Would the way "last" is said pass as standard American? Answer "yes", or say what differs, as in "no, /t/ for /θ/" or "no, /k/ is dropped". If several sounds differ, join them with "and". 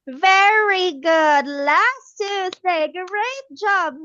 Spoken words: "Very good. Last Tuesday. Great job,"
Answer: yes